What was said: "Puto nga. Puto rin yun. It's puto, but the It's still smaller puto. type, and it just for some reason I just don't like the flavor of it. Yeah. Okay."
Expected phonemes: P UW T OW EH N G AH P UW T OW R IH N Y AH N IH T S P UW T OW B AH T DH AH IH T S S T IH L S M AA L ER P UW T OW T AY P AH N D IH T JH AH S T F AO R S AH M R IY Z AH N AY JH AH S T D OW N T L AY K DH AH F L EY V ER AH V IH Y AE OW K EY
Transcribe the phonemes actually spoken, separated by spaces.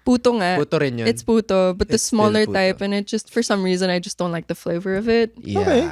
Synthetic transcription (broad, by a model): P UW T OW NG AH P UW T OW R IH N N IH T S P UW T OW B AH T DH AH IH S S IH S M AA L ER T T AY P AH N IH T JH AH S T F AO R S AH M R IY Z AH N AY JH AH S D OW N T L AY K DH AH F L EY V ER AH V IH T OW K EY